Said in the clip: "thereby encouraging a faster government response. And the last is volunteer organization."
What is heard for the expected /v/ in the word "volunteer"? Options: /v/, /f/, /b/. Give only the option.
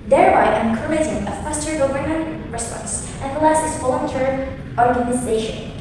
/f/